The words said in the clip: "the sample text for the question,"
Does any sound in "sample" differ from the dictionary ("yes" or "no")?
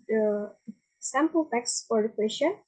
no